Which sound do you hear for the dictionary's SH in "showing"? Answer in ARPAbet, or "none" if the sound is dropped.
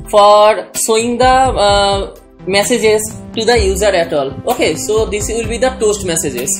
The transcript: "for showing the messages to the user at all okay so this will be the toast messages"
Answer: S